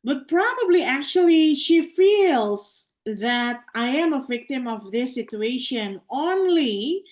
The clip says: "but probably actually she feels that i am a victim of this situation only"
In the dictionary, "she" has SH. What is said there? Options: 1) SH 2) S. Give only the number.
1